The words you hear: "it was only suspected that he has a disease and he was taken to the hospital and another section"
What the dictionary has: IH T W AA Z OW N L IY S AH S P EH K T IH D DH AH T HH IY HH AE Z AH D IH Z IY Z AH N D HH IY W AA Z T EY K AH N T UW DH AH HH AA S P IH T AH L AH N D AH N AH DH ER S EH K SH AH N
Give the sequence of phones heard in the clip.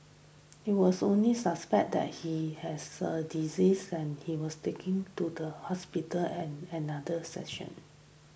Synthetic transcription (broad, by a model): IH T W AA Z OW N L IY S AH S P EH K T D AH T HH IY HH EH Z AH D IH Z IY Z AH N HH IY W AA S T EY K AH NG T UW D AH HH AA S P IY T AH L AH N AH N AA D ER S EH SH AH N